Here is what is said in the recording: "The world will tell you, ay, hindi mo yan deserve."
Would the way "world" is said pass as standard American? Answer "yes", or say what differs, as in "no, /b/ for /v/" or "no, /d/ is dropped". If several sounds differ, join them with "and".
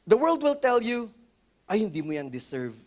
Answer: yes